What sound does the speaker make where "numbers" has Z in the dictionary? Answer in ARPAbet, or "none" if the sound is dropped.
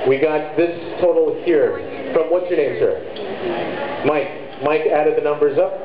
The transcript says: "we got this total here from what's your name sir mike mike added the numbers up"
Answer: Z